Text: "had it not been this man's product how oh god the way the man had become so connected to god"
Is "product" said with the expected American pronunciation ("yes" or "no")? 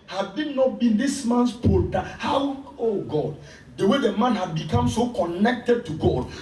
no